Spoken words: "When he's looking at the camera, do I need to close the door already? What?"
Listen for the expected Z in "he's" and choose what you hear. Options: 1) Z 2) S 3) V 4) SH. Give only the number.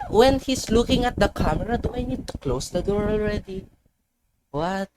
2